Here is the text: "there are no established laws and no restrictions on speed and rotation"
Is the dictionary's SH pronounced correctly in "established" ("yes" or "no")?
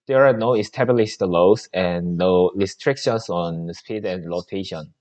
no